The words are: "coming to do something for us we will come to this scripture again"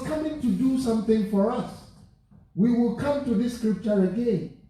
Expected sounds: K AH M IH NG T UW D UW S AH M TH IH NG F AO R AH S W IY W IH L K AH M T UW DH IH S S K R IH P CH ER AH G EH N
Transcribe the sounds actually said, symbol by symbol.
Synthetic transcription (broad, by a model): K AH M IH NG T UW D UW S AH M TH IH NG F AO R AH S W IY W IH L K AH M T UW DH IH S S K R IH P CH ER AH G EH N